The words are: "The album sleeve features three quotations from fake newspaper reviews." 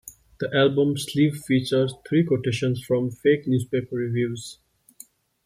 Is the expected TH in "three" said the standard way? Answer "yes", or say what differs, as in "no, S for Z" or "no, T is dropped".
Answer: no, T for TH